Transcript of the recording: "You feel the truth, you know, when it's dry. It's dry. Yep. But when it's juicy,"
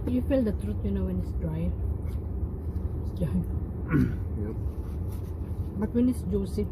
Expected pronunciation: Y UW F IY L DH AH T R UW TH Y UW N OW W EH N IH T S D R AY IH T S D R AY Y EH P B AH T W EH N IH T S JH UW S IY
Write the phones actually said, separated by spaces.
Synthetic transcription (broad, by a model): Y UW F IY L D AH T R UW T Y UW N OW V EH N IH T S D R AY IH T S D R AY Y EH B AH T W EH N IH T S JH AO S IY